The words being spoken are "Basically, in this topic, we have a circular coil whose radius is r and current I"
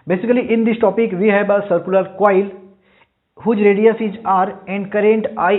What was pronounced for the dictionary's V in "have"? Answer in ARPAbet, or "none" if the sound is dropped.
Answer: B